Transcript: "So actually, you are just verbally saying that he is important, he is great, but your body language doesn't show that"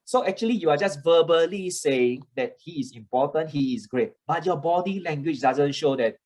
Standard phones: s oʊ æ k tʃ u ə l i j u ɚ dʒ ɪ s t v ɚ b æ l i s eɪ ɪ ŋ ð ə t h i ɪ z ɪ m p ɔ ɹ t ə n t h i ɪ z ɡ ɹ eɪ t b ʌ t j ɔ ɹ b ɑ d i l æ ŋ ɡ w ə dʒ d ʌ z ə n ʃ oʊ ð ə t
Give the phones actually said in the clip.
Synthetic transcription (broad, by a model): s oʊ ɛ k tʃ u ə l i j u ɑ dʒ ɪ s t v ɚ b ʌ l i s eɪ ɪ ŋ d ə t h i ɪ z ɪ m p ɔ t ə n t h i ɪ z ɡ ɹ eɪ t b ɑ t j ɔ b ɑ d i l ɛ ŋ ɡ w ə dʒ d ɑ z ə n ʃ oʊ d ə t